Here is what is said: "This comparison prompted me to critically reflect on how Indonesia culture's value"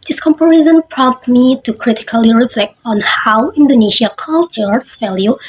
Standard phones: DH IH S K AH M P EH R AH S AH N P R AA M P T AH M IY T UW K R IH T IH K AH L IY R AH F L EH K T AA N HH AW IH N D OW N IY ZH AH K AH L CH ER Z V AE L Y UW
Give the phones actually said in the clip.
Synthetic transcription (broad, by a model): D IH S K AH M P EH R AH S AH N P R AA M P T M IY T UW K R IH T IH K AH L IY R AH F L EH K T AA N HH AW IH N D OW N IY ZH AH K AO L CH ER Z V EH L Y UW